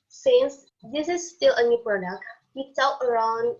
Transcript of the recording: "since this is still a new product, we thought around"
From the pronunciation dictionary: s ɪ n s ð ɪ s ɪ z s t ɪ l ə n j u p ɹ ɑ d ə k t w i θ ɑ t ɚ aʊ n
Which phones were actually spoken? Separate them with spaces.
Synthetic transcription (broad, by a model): s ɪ n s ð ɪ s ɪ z s t ɪ l ə n j u p ɹ ɑ d ə k t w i t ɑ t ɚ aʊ n